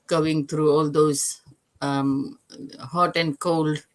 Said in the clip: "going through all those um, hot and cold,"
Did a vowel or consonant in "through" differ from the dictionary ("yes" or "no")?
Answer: yes